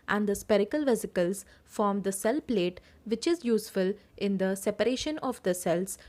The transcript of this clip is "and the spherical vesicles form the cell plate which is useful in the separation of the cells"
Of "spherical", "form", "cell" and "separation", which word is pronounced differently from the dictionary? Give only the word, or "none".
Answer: spherical